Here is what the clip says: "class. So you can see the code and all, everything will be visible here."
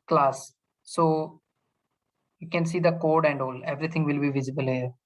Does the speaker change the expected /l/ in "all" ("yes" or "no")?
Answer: no